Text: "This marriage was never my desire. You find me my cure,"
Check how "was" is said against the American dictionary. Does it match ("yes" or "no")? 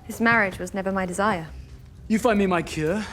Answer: yes